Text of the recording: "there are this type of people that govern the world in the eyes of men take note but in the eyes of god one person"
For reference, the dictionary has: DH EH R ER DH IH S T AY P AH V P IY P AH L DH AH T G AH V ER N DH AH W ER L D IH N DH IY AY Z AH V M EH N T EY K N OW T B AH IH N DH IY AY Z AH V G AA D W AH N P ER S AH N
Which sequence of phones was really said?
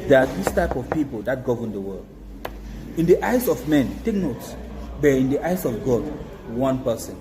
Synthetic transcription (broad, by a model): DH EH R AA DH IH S T AY P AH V P IY P AH L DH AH T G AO V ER N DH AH W ER L D IH N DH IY AY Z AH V M EH N T EY K N OW T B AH IH N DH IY AY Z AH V G AA D W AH N P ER S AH N